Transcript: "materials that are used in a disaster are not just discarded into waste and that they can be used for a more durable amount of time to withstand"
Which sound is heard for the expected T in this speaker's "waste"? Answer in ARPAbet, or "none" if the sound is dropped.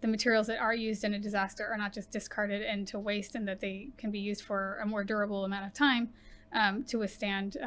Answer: T